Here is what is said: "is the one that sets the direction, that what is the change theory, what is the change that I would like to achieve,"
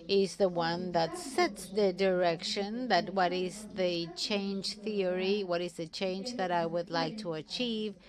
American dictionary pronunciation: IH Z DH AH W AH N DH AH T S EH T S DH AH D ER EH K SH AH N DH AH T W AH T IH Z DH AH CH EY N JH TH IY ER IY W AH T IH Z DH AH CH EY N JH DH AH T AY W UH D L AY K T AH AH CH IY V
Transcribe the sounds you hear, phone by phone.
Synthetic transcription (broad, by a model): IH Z DH AH W AH N DH AH T S EH T S DH AH D ER EH K SH AH N DH AH T W AH T IH Z DH AH CH EY N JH TH IY ER IY W AH T IH Z DH AH CH EY N JH DH AH T AY W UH D L AY K T AH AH CH IY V